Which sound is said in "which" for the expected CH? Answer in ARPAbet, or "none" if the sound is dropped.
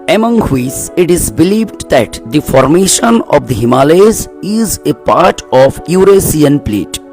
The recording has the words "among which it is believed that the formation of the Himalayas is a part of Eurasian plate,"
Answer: S